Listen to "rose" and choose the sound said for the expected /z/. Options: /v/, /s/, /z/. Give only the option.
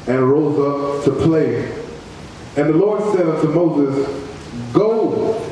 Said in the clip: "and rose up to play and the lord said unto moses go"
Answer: /z/